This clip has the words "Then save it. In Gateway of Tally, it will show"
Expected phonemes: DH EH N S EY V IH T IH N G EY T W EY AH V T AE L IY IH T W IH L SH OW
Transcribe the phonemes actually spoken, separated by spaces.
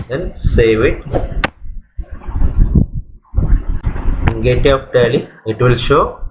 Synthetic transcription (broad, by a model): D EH N S EY V IH T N G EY T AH P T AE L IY IH T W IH L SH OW